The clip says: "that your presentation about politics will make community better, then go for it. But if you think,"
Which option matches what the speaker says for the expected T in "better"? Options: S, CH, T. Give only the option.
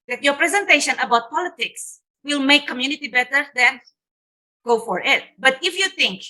T